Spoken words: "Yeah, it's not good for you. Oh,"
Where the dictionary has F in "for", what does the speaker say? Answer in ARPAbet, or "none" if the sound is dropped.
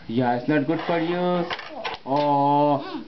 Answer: P